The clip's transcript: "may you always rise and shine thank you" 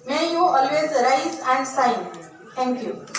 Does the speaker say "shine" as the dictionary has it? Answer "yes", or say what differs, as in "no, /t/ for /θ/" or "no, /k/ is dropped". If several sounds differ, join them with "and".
no, /s/ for /ʃ/